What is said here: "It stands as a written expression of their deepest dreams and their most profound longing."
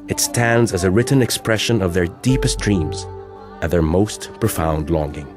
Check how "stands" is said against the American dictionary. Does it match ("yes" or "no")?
yes